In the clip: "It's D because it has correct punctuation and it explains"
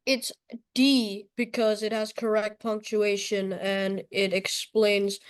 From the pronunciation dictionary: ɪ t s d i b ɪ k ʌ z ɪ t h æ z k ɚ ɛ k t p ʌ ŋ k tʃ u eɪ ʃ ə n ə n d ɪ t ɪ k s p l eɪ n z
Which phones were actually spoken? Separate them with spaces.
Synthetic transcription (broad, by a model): ɪ t s d i b ɪ k ʌ z ɪ t h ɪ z k ɚ ɛ k t p ʌ ŋ k tʃ u eɪ ʃ ə n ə n ɪ t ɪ k s p l eɪ n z